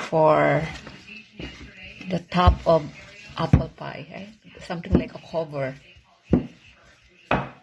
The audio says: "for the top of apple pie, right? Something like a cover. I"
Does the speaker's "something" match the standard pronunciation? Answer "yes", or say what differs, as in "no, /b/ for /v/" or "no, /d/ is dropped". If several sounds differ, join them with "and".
no, /t/ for /θ/